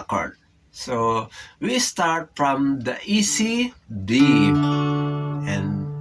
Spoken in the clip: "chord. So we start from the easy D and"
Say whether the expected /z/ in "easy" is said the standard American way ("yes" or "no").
no